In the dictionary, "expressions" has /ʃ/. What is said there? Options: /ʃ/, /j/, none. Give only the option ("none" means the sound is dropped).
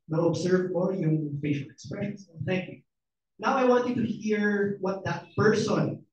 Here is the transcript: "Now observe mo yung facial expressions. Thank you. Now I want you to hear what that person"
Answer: none